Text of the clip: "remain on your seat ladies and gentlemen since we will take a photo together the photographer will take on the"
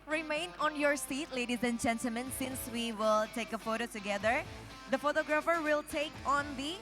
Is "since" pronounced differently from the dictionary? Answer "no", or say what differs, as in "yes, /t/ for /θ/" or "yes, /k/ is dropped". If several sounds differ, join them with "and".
no